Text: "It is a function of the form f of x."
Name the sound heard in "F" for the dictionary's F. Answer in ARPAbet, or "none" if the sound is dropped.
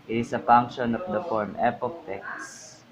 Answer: P